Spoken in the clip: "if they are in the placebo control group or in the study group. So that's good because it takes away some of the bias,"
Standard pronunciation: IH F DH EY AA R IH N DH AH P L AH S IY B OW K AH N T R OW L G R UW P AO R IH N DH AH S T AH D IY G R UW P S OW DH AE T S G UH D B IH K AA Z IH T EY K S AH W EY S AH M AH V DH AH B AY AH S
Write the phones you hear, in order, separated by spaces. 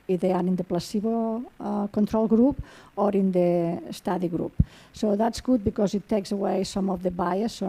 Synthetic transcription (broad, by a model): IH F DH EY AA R IH N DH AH P L AH S IY B OW K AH N T R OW L G R UW P AO R IH N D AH S T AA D IY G R UW P S OW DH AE T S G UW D B IH K AA Z IH T EY K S AH W EY S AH M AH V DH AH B AY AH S